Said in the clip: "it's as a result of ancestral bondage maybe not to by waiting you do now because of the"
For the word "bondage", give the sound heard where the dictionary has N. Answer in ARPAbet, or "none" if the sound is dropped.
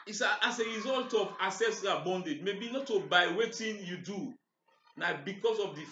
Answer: N